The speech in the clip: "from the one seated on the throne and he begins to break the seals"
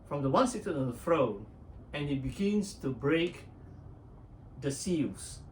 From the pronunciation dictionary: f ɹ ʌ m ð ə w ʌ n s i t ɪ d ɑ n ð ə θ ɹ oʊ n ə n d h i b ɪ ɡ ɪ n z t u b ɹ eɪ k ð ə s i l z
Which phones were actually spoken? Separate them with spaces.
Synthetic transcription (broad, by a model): f ɹ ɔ m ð ə w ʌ n s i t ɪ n ɑ n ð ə f ɹ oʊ n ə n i b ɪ ɡ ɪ n s t u b ɹ eɪ k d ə s i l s